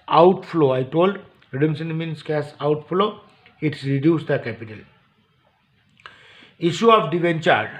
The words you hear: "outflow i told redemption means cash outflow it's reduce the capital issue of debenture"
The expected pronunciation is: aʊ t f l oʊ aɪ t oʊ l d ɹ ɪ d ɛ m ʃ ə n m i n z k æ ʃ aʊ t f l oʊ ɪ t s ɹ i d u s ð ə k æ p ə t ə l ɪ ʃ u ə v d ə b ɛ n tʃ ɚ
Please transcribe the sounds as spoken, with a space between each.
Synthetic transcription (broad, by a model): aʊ t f l oʊ aɪ t oʊ l d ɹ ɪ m s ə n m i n s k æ s aʊ t f l oʊ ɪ t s ɹ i d u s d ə k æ p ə t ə l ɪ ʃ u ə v d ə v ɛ n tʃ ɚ